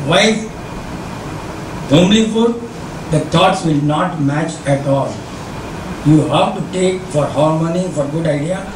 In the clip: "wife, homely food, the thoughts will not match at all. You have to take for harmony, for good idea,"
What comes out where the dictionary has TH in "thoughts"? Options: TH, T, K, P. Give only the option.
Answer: T